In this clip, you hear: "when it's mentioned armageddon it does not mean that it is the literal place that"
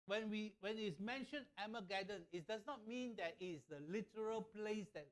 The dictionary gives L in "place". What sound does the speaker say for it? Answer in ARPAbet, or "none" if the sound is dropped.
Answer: L